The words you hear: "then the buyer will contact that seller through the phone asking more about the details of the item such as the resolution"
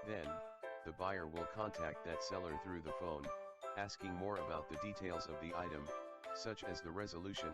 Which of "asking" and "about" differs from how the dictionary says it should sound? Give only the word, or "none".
none